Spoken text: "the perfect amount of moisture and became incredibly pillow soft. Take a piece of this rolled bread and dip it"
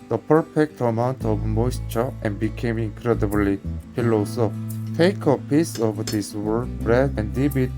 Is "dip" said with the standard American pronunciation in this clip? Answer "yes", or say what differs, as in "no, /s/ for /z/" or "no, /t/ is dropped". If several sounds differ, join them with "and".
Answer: no, /b/ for /p/